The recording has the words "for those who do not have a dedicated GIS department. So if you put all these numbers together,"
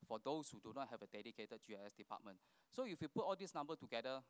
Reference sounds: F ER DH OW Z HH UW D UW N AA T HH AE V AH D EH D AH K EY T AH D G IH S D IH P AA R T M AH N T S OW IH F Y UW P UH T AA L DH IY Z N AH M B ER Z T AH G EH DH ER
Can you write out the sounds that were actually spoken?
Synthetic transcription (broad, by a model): F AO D OW S HH UW D UW N AA T HH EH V AH D EH D AH K EY T AH D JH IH S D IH P AA T M AH N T S OW IH F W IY P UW T AA L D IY S N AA M B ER T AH G EH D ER